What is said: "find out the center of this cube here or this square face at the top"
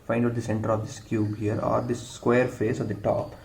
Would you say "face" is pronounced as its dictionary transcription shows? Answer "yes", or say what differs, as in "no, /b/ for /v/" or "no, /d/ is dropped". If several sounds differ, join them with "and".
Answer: yes